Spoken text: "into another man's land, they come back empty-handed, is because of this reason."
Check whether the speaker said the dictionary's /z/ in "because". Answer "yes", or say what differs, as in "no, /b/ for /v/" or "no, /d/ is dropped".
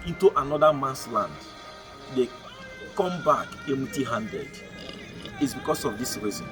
no, /s/ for /z/